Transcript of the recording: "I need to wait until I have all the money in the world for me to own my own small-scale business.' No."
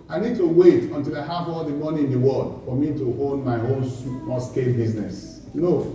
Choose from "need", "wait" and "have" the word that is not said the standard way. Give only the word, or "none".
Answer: have